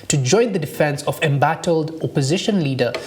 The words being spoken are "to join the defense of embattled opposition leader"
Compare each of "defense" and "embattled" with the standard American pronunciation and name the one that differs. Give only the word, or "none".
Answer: none